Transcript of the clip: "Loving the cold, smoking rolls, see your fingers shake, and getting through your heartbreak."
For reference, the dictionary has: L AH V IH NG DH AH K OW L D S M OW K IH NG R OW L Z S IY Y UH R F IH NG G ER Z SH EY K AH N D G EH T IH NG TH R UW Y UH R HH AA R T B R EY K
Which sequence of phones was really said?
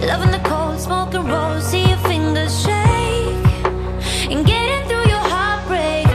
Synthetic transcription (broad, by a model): L AH V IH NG DH AH K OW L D S M OW K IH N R OW Z S IY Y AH F IH NG G ER Z SH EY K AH N G EH T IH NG TH R UW Y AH R HH AA R T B R EY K